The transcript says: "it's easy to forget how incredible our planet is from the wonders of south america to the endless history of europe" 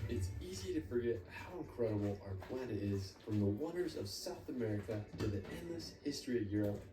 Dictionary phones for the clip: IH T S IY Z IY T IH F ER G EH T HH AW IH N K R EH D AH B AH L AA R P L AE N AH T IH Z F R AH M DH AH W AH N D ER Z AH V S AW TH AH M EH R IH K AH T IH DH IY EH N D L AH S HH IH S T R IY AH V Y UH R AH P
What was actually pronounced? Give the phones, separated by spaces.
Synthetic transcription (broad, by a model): IH T S IY Z IY T IH F ER G EH T HH AW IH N K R EH D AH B L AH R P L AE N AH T IH Z F R AH M DH AH W AH N D ER Z AH V S AW TH AH M EH R IH K AH T IH DH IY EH N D L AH S HH IH S T R IY AH V Y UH R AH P